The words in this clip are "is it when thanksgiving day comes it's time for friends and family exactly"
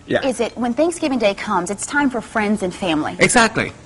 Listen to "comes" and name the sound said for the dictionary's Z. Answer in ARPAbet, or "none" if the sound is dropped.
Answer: Z